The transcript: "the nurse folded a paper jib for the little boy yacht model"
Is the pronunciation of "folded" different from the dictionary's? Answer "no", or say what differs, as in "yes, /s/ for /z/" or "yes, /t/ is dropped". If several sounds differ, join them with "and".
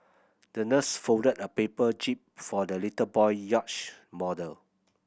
yes, /l/ is dropped